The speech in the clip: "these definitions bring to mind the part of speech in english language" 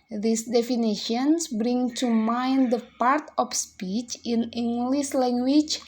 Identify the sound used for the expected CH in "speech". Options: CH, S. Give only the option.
CH